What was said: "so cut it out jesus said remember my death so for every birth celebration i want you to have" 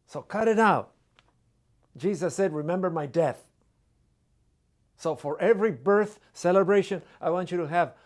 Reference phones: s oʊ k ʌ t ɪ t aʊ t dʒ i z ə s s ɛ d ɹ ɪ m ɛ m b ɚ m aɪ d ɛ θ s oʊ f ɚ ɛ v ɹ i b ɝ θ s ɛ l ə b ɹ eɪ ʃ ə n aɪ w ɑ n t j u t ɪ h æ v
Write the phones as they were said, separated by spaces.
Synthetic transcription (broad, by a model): s oʊ k ʌ t ɪ t aʊ t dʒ i z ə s s ɛ d ɹ ɪ m ɛ m b ɚ m aɪ d ɛ θ s oʊ f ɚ ɛ v ɹ i b ɝ θ s ɛ l ə b ɹ eɪ ʃ ə n aɪ w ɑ n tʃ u t ɪ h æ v